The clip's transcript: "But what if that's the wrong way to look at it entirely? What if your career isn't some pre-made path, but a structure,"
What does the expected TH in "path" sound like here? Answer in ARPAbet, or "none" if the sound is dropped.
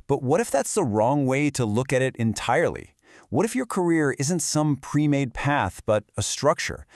TH